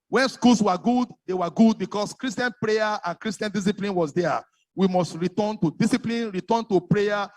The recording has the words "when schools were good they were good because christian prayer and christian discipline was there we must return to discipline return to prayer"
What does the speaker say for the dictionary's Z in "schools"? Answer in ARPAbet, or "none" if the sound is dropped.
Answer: S